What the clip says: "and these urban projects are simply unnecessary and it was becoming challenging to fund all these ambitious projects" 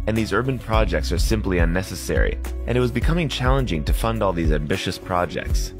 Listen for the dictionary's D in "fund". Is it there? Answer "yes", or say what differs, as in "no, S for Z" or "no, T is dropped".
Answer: yes